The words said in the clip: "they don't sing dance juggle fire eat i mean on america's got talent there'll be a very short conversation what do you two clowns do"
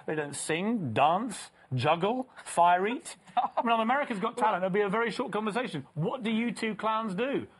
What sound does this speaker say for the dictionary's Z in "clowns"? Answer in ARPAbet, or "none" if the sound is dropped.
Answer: Z